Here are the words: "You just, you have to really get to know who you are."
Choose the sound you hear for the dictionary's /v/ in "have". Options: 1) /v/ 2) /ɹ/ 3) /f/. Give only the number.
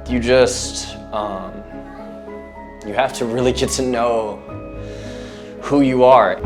3